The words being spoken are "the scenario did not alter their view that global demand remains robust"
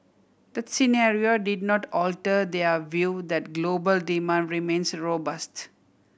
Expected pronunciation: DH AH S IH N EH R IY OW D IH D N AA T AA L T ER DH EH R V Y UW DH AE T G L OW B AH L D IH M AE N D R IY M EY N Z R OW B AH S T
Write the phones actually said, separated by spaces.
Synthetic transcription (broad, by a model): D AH S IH N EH R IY OW D IH D N AA T AA L T ER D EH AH V Y UW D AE T G L OW B AH L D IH M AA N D R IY M EY N S R OW B AH S T